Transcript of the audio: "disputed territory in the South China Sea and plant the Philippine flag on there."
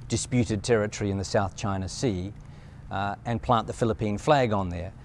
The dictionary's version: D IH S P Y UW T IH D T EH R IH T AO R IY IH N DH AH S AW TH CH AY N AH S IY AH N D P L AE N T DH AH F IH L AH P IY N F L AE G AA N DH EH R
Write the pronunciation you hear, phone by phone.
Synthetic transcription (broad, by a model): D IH S P Y UW T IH D T EH R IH T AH R IY IH N DH AH S AW TH CH AY N AH S IY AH N P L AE N DH AH F IH L AH P IY N F L AE G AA N DH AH R